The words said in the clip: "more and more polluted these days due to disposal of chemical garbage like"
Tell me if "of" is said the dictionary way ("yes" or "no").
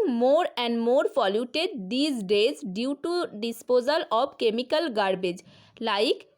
no